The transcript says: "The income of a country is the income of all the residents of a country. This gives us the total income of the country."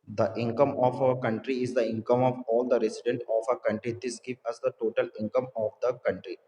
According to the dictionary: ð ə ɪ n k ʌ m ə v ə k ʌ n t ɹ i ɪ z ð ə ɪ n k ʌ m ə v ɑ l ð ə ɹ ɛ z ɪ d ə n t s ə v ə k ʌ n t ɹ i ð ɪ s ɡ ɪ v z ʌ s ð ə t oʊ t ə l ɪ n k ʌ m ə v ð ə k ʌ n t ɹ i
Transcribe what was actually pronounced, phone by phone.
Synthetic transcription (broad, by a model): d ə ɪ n k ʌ m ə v ə k ʌ n t ɹ i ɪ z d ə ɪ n k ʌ m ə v ɑ l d ə ɹ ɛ s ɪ d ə n t ə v ə k ʌ n t ɹ i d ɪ s ɡ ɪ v ʌ s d ə t oʊ t ə l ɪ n k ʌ m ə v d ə k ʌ n t ɹ i